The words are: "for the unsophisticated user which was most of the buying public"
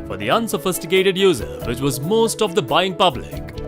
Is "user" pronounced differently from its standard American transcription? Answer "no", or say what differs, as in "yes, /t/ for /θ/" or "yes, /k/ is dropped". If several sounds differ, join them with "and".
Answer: no